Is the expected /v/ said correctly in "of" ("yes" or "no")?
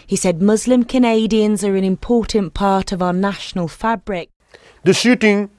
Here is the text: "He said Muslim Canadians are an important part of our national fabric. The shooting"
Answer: yes